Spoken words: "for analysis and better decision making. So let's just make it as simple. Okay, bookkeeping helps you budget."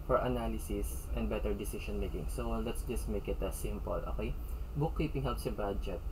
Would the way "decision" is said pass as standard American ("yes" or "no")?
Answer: no